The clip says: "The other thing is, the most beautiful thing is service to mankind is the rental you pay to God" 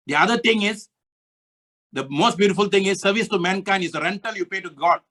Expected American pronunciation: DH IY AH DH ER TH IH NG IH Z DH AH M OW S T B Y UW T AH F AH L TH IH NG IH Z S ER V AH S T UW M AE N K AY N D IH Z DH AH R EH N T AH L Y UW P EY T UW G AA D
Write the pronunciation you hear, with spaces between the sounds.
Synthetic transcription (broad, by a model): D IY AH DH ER T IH NG IH Z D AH M OW S T B Y UW T AH F AH L T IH NG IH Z S ER V AH S T UW M AE N K AY N D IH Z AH R EH N T AH L Y UW P EY T UW G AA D